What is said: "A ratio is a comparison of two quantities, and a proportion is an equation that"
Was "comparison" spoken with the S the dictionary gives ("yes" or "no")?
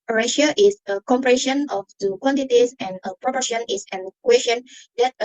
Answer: no